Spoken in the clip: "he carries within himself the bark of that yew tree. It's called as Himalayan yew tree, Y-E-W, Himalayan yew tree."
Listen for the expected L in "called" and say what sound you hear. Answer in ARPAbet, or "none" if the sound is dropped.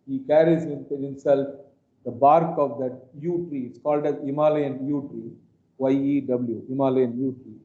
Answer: L